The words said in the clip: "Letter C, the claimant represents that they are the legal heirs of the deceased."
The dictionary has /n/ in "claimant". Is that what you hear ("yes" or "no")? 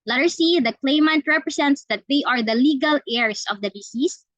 yes